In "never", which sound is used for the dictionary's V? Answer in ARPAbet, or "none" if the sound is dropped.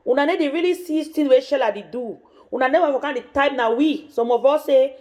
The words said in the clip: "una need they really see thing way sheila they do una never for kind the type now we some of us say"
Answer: W